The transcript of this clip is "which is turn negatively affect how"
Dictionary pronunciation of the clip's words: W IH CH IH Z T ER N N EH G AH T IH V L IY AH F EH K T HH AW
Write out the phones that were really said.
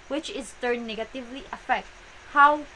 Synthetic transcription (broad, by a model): W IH CH IH Z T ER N N EH G AH T IH V L IY AH F EH K T HH AW